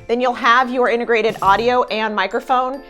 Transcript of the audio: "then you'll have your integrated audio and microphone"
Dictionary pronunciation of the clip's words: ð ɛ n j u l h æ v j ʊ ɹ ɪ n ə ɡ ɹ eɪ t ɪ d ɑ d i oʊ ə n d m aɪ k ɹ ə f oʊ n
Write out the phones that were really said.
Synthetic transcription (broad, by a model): ð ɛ n j u l h æ v j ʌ ɹ ɪ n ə ɡ ɹ eɪ t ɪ d ɑ d i oʊ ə n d m aɪ k ɹ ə f oʊ n